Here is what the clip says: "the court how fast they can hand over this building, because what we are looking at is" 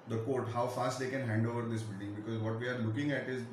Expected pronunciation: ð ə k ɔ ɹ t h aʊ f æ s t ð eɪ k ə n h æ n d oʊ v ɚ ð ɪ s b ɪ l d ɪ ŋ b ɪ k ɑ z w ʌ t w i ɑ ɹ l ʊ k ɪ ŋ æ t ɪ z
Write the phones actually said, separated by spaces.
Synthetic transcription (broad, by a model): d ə k ɔ ɹ t h aʊ f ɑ s t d eɪ k ə n h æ n d oʊ v ɚ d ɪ s b ɪ l d ɪ ŋ b ɪ k ɑ z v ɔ t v i ɑ ɹ l ʊ k ɪ ŋ æ t ɪ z